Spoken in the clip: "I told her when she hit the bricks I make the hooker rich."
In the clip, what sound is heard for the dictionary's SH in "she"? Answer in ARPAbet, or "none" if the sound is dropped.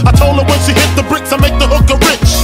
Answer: S